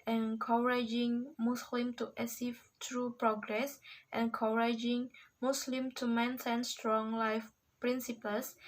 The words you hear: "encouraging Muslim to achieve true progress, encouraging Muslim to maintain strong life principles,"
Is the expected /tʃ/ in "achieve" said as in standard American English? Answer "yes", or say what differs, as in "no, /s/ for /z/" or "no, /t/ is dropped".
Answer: no, /s/ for /tʃ/